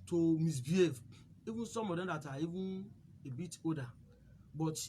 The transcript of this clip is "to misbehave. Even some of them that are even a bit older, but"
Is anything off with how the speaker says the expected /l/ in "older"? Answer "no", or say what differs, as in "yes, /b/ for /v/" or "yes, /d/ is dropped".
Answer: yes, /l/ is dropped